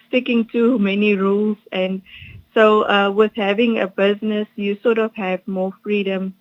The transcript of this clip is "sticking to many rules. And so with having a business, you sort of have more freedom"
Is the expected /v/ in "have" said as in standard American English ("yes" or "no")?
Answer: yes